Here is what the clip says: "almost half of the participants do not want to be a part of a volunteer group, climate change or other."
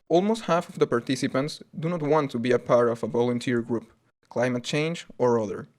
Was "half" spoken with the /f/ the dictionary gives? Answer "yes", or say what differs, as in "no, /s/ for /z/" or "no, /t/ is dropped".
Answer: yes